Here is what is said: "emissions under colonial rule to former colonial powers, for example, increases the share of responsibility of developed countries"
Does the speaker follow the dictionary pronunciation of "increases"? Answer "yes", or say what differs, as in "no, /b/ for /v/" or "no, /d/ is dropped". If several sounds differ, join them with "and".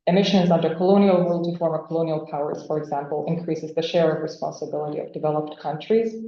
yes